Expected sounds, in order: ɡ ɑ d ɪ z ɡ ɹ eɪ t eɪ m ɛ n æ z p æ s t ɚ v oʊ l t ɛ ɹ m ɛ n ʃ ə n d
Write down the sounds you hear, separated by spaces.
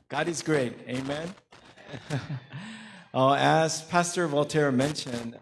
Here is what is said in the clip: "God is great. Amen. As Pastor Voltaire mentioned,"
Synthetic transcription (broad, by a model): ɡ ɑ d ɪ z ɡ ɹ eɪ t eɪ m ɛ n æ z p æ s t ɚ v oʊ l t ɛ ɹ m ɛ n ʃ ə n